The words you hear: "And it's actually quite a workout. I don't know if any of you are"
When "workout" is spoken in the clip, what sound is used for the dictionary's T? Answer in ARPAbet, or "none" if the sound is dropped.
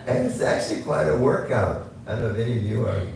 T